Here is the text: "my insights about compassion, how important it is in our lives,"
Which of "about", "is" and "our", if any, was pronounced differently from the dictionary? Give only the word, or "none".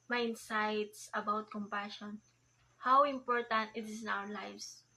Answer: is